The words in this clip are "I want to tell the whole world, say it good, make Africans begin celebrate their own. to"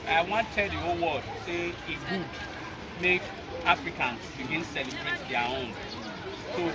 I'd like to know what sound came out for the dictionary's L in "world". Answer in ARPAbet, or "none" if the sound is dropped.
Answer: none